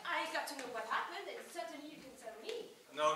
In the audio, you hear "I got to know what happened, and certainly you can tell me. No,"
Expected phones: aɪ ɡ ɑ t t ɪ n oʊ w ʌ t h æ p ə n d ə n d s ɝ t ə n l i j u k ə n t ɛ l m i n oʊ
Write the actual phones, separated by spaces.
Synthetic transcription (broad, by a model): aɪ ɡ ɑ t t ɪ n oʊ w ʌ t h æ p ə n d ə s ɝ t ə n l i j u k ə n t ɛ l m i n oʊ